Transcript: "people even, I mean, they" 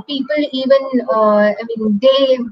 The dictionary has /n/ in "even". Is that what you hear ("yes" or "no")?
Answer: yes